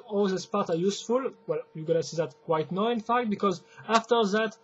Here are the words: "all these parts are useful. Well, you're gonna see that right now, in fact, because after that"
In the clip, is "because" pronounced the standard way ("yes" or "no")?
yes